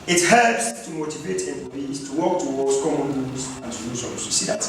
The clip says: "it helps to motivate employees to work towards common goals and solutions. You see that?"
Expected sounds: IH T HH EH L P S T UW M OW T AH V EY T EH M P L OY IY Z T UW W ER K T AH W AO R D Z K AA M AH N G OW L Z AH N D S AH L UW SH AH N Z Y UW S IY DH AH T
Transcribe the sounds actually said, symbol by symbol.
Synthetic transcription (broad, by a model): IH T HH EH L P S T UW M OW T AH V EY T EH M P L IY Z T UW W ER K T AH W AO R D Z K AA M AH N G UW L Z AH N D S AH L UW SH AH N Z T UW S IY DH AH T